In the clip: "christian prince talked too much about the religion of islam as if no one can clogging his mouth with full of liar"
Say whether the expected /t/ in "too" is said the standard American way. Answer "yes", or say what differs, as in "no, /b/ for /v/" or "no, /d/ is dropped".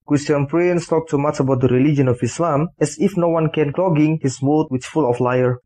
no, /s/ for /t/